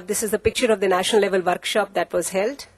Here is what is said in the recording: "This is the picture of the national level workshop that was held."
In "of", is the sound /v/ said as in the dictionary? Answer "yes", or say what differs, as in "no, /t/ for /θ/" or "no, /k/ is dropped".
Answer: yes